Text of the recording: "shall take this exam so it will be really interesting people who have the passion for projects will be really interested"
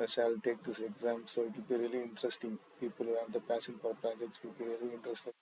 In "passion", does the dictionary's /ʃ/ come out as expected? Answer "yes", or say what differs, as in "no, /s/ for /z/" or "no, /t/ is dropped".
no, /s/ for /ʃ/